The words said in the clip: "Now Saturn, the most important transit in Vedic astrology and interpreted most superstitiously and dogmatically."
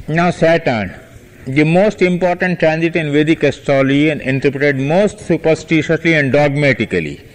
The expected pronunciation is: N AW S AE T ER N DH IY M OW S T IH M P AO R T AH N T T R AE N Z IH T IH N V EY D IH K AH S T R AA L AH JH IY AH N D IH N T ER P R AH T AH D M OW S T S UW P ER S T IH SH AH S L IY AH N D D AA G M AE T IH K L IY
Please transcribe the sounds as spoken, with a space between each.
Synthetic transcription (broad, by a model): N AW S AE T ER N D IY M OW S T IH M P AO R T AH N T T R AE N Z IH T IH N V EY D IH K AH S T AA L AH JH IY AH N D IH N T ER P R AH T AH D M OW S T S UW P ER S T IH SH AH S L IY AH N D D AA G M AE T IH K L IY